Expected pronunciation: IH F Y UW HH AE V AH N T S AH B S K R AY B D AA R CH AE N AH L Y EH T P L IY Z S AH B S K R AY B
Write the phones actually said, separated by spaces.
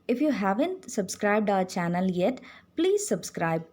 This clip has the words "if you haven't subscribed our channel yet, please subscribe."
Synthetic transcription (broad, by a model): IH F Y UW HH AE V AH N T S AH B S K R AY B D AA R CH AE N AH L Y EH T P L IY Z S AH B S K R AY B